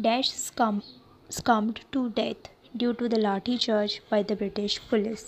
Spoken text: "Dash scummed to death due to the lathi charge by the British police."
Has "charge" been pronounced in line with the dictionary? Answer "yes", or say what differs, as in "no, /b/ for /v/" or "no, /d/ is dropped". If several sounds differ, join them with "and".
no, /tʃ/ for /dʒ/